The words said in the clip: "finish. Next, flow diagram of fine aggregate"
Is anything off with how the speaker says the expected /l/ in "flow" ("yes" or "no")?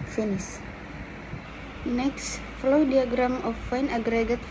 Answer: no